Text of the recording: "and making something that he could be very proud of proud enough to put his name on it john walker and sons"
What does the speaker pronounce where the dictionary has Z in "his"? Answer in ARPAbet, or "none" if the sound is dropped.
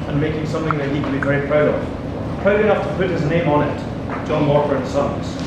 Z